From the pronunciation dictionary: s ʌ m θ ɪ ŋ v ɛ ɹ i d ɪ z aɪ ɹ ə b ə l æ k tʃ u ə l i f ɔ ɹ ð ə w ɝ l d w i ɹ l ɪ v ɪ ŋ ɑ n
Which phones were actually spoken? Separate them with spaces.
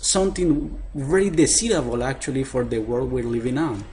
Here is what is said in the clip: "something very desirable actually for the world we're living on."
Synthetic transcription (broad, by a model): s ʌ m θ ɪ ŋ v ɛ ɹ i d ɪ s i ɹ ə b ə l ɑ k tʃ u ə l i f ɔ ɹ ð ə w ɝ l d w i ɹ l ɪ v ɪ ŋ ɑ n